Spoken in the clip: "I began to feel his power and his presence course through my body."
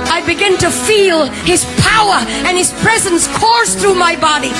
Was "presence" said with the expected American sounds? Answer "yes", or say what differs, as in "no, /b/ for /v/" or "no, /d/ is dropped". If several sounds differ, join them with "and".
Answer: yes